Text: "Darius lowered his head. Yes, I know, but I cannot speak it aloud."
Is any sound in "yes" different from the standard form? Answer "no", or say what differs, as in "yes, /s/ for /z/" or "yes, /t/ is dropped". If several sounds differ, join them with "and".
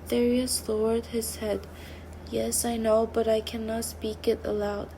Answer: no